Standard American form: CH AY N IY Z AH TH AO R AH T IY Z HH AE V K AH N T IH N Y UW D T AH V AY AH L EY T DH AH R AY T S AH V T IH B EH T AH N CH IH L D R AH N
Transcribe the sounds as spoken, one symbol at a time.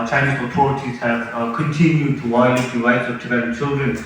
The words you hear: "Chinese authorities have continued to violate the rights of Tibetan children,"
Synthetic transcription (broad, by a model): CH AY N IY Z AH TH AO R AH T IY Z HH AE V K AH N T IH N Y UW D T AH W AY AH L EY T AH R AY T S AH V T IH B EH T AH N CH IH L D R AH N